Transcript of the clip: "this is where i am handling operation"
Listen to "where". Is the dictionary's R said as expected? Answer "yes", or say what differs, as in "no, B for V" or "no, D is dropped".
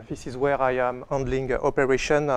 yes